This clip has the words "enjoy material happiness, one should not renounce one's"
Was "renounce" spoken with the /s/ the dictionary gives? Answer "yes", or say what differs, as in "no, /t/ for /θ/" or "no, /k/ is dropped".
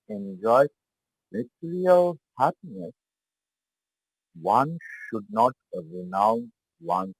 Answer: no, /s/ is dropped